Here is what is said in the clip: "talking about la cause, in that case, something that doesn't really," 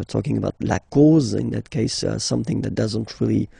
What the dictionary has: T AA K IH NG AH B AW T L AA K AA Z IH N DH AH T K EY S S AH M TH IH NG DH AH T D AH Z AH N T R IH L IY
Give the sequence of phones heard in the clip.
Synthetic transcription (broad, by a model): T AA K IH NG AH B AW T L AA K AA Z IH N DH AH T K EY S S AH M TH IH NG DH AH T D AH Z AH N T R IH L IY